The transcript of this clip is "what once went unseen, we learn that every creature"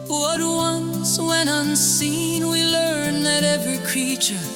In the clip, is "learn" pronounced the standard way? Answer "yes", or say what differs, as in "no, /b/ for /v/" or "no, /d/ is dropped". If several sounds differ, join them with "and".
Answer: yes